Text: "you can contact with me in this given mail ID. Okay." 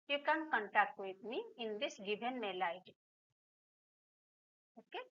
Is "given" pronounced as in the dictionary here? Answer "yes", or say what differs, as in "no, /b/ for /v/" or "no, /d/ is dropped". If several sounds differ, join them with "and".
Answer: no, /b/ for /v/